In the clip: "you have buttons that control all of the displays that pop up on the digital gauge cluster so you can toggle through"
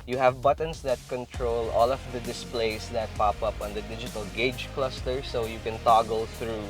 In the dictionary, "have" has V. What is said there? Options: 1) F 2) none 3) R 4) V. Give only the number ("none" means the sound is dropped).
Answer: 4